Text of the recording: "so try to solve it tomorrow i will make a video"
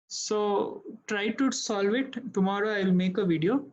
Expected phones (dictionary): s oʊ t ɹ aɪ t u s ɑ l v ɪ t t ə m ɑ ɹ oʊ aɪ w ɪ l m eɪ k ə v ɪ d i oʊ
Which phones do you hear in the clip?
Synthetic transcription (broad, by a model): s oʊ t ɹ aɪ t u s ɑ l v ɪ t t ə m ɑ ɹ oʊ aɪ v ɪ l m eɪ k ə v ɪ d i oʊ